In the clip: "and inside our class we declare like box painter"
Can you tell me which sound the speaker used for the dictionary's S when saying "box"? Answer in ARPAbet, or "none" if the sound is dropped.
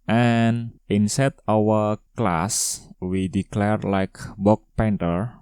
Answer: none